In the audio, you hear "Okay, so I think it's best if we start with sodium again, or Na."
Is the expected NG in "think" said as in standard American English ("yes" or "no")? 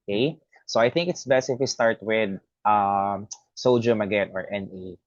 yes